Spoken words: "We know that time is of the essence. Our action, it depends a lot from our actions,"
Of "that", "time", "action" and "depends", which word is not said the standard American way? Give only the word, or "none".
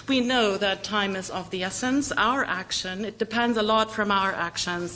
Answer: none